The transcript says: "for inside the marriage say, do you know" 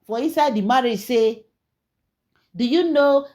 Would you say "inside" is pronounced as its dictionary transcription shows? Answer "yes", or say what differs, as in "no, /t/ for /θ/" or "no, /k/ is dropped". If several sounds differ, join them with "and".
yes